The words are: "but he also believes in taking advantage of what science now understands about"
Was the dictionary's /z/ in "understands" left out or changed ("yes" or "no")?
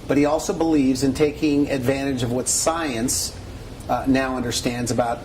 no